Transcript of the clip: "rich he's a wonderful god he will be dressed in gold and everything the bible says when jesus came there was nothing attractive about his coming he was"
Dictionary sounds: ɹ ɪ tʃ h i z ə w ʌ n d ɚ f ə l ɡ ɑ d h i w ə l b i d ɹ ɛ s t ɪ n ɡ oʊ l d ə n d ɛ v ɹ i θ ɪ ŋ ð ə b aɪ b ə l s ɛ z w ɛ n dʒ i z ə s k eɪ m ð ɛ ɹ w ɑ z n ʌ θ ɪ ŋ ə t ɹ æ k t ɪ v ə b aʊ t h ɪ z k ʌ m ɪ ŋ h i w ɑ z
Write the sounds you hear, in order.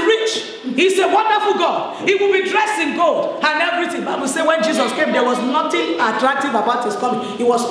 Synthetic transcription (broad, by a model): ɹ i tʃ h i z ə w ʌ n d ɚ f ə l ɡ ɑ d h i w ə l b i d ɹ ɛ s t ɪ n ɡ oʊ l d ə n ɛ v ɹ i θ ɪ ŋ b aɪ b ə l s ɛ w ɛ n dʒ i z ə s k eɪ m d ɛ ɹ w ɑ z n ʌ t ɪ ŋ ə t ɹ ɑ k t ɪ v ə b aʊ t h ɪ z k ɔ m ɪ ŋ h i w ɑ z